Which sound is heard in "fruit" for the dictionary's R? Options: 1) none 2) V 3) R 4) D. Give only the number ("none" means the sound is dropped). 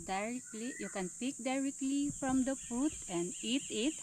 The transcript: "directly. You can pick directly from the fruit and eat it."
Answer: 1